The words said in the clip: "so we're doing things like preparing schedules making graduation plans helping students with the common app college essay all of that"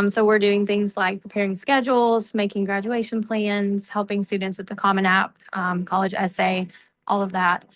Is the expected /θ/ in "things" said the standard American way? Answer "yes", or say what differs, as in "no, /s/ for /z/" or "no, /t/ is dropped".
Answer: yes